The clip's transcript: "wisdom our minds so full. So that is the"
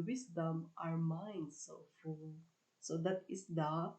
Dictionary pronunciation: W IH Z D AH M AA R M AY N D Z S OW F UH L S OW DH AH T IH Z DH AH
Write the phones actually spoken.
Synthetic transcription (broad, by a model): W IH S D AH M AA R M AY N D S OW F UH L S OW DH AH T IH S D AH